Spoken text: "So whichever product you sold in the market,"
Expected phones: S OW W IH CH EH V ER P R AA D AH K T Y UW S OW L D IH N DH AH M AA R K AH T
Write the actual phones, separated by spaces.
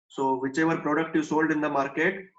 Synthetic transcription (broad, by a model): S OW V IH CH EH V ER P R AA D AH K T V S OW L D IH N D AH M AA R K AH T